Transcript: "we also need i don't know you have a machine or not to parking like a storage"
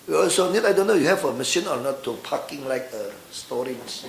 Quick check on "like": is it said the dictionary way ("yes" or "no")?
yes